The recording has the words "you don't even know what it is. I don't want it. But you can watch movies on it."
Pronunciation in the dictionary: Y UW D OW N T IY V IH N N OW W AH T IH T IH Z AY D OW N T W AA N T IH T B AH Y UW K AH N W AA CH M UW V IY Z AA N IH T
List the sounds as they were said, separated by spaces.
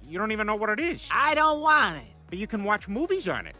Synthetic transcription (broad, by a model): Y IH D OW N T IY V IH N N OW W AH T IH T IH Z AY D OW N T W AA N T IH T B AH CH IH K AH N W AA CH M UW V IY Z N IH T